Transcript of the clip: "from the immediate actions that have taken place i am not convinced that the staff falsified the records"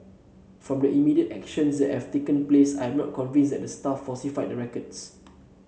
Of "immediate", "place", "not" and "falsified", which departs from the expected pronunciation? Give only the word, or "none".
falsified